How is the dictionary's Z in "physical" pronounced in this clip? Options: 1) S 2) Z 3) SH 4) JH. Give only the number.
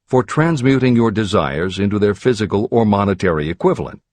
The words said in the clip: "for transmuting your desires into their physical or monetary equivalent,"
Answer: 2